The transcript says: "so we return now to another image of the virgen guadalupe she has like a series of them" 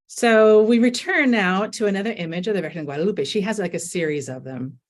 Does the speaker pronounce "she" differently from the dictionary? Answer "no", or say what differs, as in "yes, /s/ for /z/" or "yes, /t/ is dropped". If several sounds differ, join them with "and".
no